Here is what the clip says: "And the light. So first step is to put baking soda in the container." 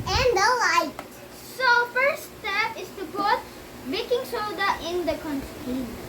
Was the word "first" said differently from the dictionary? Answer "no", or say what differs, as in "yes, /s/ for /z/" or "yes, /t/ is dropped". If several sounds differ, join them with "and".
yes, /s/ is dropped